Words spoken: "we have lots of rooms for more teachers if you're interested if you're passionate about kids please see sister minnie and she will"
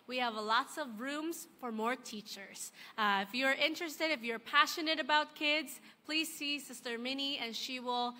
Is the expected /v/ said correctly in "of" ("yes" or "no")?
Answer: yes